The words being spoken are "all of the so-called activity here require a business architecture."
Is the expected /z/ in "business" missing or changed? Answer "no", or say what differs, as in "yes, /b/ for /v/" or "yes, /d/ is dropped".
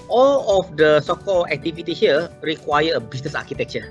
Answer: yes, /s/ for /z/